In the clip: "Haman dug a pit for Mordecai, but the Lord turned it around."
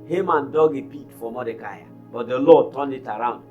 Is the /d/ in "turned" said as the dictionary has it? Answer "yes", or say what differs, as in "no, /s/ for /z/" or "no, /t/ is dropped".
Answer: no, /d/ is dropped